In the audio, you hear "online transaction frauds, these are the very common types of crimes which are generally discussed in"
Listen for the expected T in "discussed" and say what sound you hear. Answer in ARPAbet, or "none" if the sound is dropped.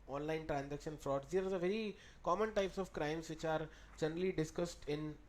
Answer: T